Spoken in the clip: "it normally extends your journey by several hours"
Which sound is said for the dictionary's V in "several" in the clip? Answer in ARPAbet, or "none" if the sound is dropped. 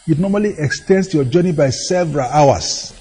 V